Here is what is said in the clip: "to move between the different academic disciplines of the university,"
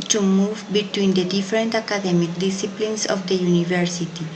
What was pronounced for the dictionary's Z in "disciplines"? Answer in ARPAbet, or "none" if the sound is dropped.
S